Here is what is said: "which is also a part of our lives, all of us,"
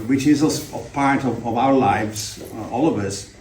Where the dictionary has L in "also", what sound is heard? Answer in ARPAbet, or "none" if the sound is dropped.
none